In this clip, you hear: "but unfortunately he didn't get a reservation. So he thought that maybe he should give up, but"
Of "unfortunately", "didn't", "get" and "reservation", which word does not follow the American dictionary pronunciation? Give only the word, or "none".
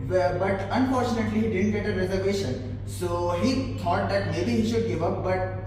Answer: none